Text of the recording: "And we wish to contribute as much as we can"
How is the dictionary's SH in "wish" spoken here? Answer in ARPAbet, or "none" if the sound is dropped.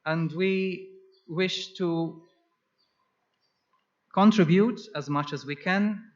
SH